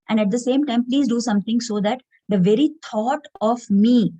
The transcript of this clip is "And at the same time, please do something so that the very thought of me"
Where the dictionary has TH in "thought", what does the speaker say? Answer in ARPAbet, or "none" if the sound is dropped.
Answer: T